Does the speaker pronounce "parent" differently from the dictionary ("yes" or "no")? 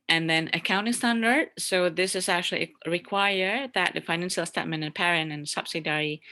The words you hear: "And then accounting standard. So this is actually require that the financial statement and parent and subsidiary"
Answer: yes